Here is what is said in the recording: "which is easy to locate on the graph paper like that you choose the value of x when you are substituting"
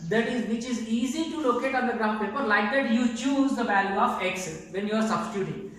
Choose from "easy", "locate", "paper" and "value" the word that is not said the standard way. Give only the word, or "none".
value